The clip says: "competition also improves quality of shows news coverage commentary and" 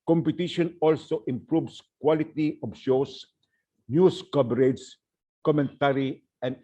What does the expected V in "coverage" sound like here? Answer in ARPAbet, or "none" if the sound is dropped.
B